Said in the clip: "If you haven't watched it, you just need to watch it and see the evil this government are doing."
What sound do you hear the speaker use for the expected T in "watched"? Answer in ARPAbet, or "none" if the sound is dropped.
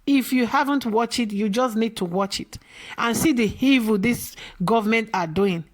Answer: none